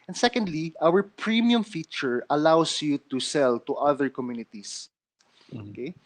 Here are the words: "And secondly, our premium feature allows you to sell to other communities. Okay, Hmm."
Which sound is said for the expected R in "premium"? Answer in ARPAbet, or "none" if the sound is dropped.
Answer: R